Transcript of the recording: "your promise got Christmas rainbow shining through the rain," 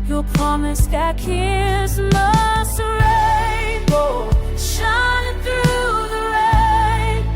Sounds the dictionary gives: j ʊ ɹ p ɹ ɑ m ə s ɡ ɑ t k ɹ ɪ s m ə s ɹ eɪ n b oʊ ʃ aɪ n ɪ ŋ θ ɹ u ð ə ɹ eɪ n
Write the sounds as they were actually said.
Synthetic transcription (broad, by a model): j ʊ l p ɹ ɑ m ə s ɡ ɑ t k ɪ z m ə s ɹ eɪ b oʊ ʃ aɪ n ɪ ŋ θ ɹ u ð ə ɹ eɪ